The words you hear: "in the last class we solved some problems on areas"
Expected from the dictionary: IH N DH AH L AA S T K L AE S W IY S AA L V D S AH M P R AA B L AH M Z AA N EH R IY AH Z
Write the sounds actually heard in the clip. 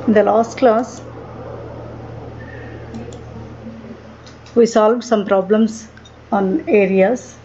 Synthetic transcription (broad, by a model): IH N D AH L AA S T K L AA S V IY S AA L V D S AH M P R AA B L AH M S AA N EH R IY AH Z